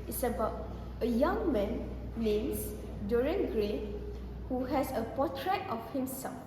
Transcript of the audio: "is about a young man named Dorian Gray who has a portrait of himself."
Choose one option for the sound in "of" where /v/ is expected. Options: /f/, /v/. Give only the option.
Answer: /f/